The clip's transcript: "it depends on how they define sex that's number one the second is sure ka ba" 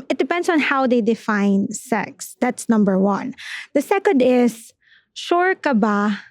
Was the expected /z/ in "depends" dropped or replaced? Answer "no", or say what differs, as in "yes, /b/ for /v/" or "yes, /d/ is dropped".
yes, /s/ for /z/